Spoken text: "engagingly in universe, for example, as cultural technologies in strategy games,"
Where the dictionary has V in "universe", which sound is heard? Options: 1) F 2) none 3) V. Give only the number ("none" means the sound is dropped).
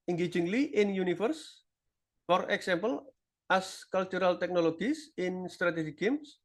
1